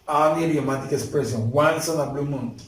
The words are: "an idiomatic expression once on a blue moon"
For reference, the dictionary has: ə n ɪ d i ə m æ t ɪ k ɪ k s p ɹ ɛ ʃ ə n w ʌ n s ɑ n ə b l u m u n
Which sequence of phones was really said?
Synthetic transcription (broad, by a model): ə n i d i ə m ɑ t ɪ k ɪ s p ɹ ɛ s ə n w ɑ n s ɑ n ə b l u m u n